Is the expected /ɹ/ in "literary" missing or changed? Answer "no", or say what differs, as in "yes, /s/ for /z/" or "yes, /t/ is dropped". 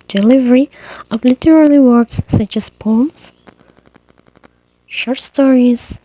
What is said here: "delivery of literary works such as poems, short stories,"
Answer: yes, /l/ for /ɹ/